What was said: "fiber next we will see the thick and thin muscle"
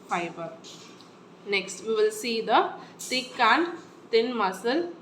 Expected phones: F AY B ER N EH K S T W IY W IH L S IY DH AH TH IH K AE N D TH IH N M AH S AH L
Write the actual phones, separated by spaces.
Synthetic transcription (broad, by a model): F AY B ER N EH K S T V IY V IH L S IY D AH T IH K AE N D T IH N M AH S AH L